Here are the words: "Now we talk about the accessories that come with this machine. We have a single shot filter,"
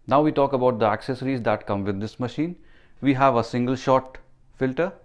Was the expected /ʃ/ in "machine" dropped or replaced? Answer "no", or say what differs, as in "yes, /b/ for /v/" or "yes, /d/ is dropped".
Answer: no